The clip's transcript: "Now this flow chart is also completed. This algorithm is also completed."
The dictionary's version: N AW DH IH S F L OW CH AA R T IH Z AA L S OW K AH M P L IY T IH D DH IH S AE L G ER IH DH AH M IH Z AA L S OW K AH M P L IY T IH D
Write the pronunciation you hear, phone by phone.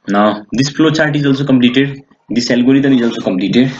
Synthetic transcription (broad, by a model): N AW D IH S P L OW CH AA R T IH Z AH L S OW K AH M P L IY T IH D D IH S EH L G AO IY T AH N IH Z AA L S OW K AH M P L IY T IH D